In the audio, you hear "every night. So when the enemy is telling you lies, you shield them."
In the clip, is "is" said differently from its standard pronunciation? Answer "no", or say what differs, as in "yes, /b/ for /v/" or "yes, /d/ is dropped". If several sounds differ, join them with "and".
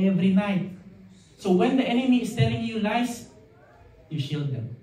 yes, /s/ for /z/